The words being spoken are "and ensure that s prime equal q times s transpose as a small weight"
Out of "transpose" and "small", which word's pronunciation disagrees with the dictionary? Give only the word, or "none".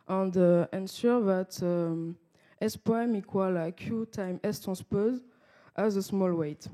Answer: transpose